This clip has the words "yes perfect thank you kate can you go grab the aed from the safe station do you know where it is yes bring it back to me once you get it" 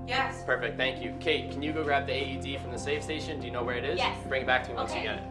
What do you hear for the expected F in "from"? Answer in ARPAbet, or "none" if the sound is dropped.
F